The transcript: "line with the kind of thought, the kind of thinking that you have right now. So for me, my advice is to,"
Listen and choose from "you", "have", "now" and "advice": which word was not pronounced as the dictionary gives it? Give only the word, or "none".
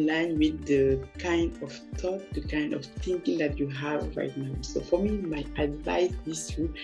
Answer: none